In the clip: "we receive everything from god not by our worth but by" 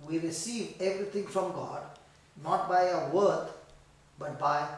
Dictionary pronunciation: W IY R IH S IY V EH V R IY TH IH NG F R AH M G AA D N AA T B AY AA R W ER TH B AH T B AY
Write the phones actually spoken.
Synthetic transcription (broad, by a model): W IY R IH S IY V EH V R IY T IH NG F R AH M G AA D N AA T B AY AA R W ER T B AH T B AY